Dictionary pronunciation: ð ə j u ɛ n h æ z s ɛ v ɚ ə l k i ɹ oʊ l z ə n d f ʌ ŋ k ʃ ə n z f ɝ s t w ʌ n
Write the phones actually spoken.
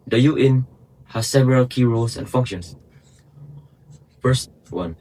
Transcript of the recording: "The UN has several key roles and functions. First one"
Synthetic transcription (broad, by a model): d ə j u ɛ n h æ s ɛ v ɚ ə l k i ɹ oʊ l s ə n f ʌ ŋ k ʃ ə n s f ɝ s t w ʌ n